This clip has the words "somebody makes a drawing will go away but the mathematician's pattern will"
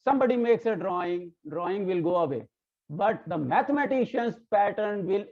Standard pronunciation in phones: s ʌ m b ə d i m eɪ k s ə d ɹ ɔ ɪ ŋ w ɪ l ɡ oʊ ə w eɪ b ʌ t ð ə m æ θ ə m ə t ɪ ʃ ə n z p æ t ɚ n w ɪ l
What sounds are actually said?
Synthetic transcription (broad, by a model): s ʌ m b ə d i m eɪ k s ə d ɹ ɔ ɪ ŋ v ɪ l ɡ oʊ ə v eɪ b ʌ t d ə m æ t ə m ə t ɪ ʃ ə n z p æ t ɚ n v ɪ l